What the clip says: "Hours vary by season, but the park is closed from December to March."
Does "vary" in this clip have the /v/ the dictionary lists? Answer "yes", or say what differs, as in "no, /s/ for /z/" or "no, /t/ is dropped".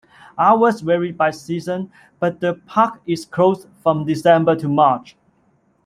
no, /w/ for /v/